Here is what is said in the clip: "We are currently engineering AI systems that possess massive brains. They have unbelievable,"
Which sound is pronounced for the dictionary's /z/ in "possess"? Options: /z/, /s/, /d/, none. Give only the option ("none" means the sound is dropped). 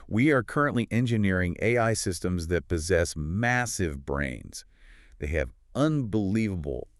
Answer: /z/